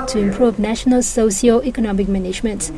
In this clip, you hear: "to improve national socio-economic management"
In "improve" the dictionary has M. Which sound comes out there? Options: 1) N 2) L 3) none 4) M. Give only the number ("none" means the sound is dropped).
4